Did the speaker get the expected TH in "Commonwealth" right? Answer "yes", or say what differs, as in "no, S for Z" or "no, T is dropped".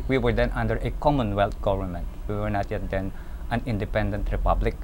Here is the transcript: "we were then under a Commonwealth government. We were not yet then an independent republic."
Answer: no, T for TH